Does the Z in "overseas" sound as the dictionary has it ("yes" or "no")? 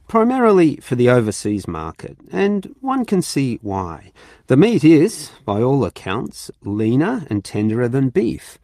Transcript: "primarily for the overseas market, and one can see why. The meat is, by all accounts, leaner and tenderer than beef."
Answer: yes